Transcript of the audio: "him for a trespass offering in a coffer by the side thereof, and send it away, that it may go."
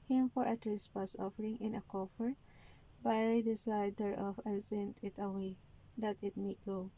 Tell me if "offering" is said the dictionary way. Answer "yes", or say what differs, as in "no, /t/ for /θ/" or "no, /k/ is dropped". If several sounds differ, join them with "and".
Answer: yes